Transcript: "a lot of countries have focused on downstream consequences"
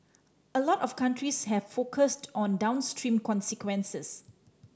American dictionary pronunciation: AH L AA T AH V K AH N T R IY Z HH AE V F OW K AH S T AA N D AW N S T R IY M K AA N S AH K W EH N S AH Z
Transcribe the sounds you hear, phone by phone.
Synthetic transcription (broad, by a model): AH L AA T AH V K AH N T R IY S HH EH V F OW K AH S T AA N D AW N S T R IY M K AA N S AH K W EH N S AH S